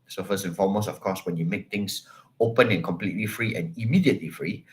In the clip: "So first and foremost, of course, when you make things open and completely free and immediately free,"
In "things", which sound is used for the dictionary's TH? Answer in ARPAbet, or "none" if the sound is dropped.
T